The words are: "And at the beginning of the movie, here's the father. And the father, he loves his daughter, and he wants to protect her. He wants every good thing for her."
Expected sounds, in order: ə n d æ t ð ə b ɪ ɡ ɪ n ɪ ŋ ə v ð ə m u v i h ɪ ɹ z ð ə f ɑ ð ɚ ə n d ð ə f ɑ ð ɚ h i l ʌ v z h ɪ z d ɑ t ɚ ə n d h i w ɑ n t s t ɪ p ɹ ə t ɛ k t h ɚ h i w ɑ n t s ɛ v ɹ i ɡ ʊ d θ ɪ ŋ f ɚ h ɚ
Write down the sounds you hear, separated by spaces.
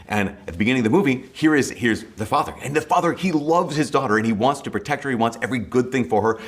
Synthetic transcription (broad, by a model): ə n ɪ t ð ə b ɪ ɡ ɪ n ɪ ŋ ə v ð ə m u v i h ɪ ɹ z ð ə f ɑ ð ɚ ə n ð ə f ɑ ð ɚ h i l ʌ v z h ɪ z d ɑ t ɚ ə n i w ɑ n t s t ɪ p ɹ ə t ɛ k t h ɚ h i w ɑ n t s ɛ v ɹ i ɡ ʊ d θ ɪ ŋ f ɚ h ɚ